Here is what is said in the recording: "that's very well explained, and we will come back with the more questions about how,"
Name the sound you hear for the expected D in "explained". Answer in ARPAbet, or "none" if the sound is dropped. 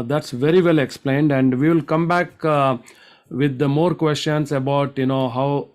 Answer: D